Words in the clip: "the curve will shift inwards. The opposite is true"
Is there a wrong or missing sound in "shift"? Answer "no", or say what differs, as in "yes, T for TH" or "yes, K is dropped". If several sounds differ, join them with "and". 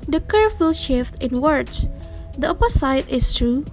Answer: no